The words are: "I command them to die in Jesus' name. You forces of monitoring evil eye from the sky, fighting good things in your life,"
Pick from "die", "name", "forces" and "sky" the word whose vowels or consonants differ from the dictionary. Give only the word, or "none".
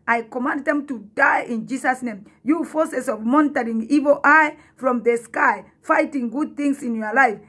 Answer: forces